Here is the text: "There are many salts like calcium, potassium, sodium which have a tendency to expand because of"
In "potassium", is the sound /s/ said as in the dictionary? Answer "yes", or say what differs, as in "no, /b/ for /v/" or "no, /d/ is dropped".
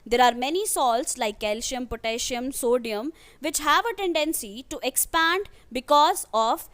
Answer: no, /ʃ/ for /s/